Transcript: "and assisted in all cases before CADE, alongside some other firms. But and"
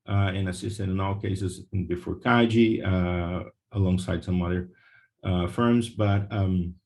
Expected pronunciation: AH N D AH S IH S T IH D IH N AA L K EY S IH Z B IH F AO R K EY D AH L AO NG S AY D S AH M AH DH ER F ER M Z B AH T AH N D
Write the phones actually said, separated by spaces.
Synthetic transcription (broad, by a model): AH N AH S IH S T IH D IH N AA L K EY S IH Z B IH F AO R K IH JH AH L AO NG S AY D S AH M AH DH ER F ER M Z B AH T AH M